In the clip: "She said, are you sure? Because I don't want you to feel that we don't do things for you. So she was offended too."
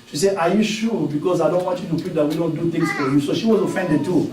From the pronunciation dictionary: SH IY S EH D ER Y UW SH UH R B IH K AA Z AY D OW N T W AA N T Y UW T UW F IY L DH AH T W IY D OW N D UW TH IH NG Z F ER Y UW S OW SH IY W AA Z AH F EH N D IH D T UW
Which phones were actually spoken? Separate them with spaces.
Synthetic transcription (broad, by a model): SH IY S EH AA Y UW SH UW B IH K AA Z AY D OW N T W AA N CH Y UW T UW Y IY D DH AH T W IY D OW N D UW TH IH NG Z F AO Y UW S OW SH IY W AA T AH F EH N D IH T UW